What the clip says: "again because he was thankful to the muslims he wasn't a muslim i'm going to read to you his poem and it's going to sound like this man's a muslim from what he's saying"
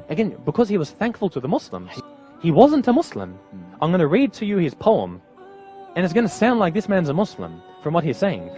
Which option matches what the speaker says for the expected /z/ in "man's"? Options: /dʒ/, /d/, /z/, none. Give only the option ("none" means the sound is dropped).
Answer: /z/